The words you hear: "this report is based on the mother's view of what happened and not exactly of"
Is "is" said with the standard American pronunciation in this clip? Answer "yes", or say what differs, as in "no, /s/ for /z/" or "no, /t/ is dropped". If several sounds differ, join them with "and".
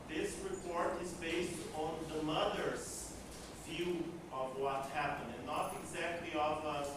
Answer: yes